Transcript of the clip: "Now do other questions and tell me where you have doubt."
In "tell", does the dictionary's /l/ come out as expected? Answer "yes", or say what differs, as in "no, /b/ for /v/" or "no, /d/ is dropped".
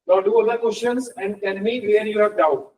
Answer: no, /n/ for /l/